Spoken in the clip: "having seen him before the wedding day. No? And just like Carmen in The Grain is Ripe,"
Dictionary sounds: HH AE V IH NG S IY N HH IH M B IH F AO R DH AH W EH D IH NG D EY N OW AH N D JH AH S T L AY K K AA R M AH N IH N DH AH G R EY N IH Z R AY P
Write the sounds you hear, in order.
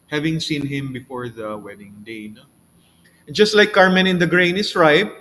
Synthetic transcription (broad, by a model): HH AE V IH NG S IY N HH IH M B IH F AO R DH AH W EH D IH NG D EY N OW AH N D JH AH S T L AY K K AA R M AH N IH N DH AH G R EY N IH S R AY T